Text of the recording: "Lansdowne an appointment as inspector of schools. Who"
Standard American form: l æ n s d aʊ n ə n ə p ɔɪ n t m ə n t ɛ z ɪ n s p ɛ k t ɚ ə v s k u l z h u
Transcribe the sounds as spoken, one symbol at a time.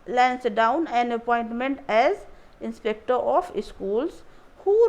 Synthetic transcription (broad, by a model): l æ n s d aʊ n ə n ə p ɔɪ n t m ə n t ɛ z ɪ n s p ɛ k t ɚ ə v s k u l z h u